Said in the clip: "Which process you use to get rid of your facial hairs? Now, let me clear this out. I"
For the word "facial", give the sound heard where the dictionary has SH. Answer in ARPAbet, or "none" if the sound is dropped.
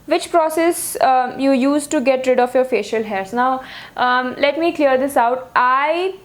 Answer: SH